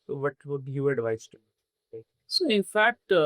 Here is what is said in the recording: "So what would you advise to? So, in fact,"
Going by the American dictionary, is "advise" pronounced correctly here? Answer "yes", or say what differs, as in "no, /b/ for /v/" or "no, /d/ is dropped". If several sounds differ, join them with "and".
no, /s/ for /z/